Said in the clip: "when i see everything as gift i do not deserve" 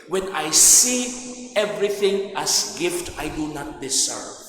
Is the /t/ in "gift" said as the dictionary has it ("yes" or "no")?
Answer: yes